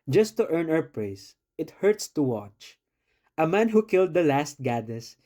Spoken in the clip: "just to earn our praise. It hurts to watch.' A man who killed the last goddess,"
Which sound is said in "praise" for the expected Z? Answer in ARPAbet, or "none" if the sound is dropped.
S